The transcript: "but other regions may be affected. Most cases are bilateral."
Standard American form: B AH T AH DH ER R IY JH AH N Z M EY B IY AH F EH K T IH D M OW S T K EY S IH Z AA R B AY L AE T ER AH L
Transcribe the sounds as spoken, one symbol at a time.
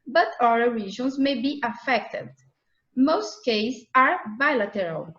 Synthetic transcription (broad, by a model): B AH T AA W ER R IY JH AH N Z M EY B IY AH F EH K T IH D M OW S T K EY IH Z AA R B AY L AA T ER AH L